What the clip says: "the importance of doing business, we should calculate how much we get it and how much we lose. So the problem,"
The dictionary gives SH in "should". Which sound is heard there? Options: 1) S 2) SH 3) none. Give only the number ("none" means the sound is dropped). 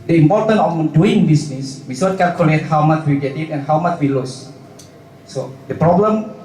1